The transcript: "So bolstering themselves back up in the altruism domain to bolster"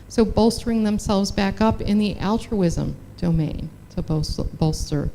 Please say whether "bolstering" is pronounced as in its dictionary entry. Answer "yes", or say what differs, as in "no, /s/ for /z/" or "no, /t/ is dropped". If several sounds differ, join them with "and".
yes